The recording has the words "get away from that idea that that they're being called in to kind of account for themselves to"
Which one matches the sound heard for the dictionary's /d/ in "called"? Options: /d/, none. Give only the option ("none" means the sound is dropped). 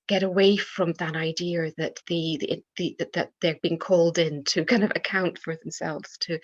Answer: /d/